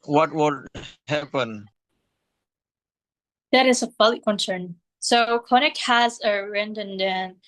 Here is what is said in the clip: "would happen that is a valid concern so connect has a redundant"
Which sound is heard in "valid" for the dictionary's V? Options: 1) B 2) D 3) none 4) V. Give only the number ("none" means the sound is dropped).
1